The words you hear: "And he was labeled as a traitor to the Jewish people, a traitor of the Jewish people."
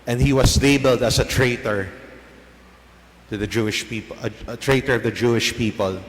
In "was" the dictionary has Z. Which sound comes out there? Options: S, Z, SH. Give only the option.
S